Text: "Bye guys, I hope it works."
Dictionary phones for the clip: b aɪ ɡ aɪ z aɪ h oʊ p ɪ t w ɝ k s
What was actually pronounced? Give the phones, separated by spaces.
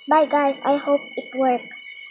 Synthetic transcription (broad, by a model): b aɪ ɡ aɪ s aɪ h oʊ p ɪ t w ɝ k s